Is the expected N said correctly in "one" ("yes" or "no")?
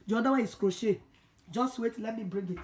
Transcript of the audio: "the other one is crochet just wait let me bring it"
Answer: no